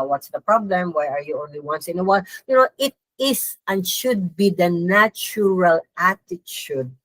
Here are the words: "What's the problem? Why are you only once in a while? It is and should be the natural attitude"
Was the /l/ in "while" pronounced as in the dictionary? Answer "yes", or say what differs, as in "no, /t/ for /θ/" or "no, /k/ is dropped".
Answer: no, /n/ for /l/